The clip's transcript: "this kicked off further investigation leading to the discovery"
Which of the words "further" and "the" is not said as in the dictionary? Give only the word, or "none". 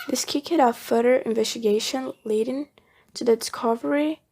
further